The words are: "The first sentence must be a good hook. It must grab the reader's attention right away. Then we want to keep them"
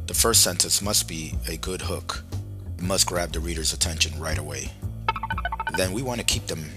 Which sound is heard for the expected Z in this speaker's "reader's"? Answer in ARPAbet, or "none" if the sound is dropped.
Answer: Z